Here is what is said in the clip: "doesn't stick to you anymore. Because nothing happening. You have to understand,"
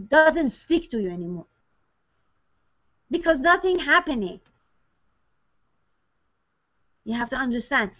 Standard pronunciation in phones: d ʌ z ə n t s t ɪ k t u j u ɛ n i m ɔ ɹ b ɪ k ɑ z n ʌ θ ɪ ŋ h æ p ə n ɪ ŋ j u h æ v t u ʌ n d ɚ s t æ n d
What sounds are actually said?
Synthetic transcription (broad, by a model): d ʌ z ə n t s t ɪ k t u j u ɛ n i m ɔ ɹ b ɪ k ɑ z n ʌ θ ɪ ŋ h æ p ə n ɪ ŋ j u h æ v t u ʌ n d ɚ s t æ n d